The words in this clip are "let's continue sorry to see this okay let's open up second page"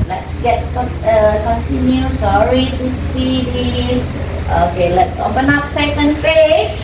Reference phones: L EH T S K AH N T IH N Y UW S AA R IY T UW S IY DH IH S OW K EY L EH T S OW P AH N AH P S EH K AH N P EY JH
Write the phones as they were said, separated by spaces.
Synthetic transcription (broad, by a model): L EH T S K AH N T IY N Y UW S AA R IY T UW S IY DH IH OW K EY L EH T S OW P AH N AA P S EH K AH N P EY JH